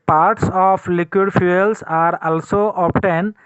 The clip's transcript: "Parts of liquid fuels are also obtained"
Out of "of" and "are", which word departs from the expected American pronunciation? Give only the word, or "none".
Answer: of